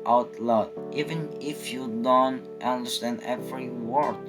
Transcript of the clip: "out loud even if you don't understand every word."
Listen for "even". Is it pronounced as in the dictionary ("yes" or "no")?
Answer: yes